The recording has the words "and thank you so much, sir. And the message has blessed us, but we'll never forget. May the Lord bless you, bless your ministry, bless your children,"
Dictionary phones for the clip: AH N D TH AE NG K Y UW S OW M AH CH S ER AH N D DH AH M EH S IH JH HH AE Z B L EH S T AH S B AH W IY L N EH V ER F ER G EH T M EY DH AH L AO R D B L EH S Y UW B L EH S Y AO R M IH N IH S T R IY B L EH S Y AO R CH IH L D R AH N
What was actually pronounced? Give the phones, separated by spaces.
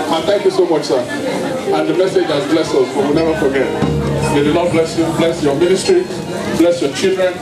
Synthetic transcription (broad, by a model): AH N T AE NG K Y UW S OW M AH CH S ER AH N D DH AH M EH S IH JH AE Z B L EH S AH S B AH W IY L N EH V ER F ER G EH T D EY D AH N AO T B L EH S Y UW B L EH S Y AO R M IH N IH S T R IY B L EH S Y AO CH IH L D R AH N